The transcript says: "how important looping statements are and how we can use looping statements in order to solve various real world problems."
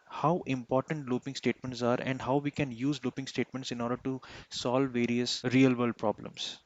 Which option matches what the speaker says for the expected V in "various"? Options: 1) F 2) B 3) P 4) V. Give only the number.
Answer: 4